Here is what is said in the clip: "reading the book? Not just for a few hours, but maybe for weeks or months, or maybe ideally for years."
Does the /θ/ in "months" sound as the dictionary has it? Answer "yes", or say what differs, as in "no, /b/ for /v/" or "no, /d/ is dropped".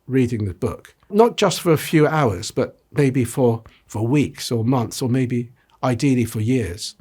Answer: yes